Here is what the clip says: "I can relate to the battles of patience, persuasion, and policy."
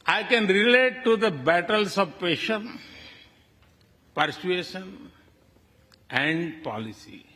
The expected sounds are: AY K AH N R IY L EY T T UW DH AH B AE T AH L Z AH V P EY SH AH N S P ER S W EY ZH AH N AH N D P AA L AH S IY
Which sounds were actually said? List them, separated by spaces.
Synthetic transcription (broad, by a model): AY K AH N R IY L EY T T UW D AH B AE T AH L S AH V P EY SH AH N P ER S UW EY SH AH N AH N D P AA L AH S IY